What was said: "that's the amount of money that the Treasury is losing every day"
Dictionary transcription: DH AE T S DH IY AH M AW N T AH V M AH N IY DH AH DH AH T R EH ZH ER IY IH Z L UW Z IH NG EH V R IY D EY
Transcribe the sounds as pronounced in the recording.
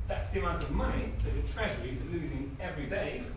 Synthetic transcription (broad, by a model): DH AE T S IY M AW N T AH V M AH N IY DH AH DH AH T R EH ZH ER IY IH L UW Z IH NG EH V R IY D EY